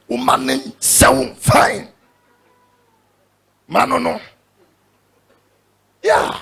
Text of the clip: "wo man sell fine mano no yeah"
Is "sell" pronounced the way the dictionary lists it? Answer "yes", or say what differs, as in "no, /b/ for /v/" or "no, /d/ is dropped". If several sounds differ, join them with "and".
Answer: no, /w/ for /l/